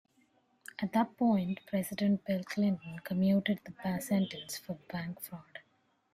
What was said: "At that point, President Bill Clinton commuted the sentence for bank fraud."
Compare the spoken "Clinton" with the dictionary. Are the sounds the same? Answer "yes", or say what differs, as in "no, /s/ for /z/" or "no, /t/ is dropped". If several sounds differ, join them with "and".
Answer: yes